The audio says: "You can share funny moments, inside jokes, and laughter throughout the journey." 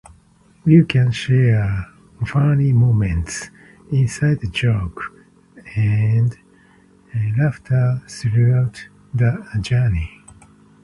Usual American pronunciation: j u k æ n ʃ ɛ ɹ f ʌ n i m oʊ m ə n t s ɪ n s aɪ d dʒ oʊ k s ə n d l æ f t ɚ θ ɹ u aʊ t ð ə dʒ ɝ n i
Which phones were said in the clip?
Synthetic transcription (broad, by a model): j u k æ n ʃ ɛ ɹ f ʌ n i m oʊ m ə n t s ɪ n s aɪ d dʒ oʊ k ə n d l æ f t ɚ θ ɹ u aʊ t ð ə dʒ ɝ n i